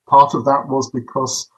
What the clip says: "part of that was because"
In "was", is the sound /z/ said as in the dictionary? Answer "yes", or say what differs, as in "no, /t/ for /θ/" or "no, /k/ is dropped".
yes